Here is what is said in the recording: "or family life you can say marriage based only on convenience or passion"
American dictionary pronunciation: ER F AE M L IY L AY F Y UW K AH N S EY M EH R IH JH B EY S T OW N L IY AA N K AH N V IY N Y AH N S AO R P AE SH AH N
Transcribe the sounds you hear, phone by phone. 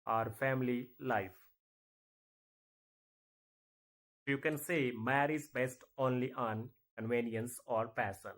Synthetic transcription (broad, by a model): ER F AE M L IY L AY F Y UW K AH N S EY M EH R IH Z B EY S T OW N L IY AA N K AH N V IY N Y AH N S AO R P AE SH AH N